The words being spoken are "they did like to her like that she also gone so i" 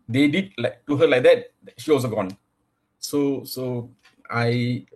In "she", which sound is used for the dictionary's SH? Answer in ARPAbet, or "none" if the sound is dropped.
SH